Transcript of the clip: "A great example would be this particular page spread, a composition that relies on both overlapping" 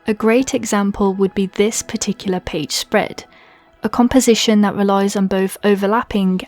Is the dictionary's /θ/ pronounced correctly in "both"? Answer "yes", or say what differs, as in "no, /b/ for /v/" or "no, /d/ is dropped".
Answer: yes